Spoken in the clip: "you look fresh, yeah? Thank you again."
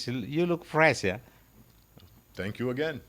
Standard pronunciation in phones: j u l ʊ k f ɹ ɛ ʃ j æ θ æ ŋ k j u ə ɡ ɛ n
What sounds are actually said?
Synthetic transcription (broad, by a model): j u l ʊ k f ɹ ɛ s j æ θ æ ŋ k j u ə ɡ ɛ n